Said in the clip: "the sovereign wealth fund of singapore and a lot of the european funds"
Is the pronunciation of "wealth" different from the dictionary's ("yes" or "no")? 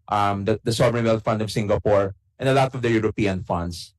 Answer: yes